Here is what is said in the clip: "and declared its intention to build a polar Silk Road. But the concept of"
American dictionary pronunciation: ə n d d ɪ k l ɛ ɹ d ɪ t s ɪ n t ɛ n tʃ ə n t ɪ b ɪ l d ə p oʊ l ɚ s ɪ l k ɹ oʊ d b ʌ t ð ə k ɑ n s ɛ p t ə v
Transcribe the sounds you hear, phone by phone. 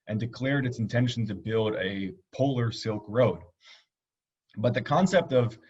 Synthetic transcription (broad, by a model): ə n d d ɪ k l ɛ ɹ d ɪ t s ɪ n t ɛ n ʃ n t ɪ b ɪ l d ə p oʊ l ɚ s ɪ l k ɹ oʊ d b ʌ t ð ə k ɑ n s ɛ p t ə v